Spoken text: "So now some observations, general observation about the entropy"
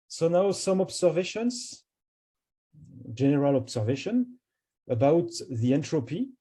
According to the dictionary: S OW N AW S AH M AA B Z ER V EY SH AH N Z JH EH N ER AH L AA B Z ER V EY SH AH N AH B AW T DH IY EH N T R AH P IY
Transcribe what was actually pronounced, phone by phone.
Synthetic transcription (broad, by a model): S OW N AW S AH M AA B S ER V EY SH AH N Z JH EH N ER AH L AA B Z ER V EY SH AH N AH B AW T DH IY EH N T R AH P IY